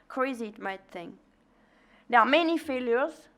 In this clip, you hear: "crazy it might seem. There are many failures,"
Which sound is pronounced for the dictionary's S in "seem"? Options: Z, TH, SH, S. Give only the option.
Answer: TH